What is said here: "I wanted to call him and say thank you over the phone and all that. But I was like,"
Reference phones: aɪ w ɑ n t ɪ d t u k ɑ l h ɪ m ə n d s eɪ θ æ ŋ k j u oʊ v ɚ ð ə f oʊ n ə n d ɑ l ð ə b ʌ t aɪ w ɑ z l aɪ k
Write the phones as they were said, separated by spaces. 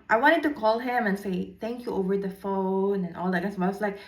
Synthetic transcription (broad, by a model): aɪ w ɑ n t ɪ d t u k ɑ l h ɪ m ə n s eɪ t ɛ ŋ k j u oʊ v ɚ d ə f oʊ n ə n ɑ l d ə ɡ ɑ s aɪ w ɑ s l aɪ k